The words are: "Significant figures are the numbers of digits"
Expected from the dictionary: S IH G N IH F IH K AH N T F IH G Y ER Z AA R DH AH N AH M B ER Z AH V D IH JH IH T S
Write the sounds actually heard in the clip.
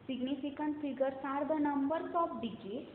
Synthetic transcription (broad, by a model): S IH G N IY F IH K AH N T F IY G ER S AA R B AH N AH M B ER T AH P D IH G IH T